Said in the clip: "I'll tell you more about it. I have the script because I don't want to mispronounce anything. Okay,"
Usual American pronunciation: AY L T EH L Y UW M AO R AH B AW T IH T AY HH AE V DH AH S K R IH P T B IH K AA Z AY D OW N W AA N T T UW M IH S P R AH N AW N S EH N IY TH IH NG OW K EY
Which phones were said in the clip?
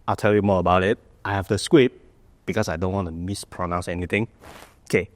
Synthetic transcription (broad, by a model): AY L T EH L Y UW M AO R AH B AW T IH T AY HH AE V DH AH S K W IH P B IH K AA S AY D OW N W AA N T T UW M IH S P R AH N AW N S EH N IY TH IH NG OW K EY